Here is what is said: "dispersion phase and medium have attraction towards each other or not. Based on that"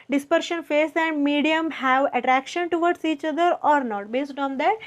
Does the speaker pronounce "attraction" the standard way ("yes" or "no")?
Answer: yes